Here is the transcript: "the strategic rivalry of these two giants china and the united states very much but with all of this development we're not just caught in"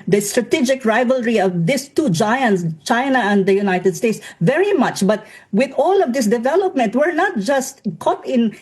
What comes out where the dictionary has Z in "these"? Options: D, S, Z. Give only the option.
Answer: S